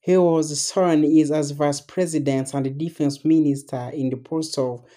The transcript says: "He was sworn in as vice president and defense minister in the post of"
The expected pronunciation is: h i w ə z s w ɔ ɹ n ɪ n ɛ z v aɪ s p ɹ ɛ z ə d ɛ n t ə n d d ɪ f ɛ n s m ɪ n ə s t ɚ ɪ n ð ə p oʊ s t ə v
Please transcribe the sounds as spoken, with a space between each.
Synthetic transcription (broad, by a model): h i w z s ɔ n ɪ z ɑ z v aɪ s p ɹ ɛ z ə d ɛ n t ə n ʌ d ɪ f ɛ n s m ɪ n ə s t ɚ ɪ n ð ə p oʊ s ə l